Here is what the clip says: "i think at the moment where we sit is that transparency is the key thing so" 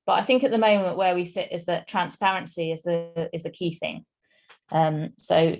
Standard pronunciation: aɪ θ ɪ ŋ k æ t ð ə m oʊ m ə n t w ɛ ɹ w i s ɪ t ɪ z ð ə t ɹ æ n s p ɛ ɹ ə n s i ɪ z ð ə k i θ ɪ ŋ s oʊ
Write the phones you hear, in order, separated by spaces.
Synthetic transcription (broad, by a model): aɪ θ ɪ ŋ k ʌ t ð ə m oʊ m ə n t w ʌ w i s ɪ t ɪ z ð ə t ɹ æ n s p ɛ ɹ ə n s i ɪ z ð ə k i θ ɪ ŋ s oʊ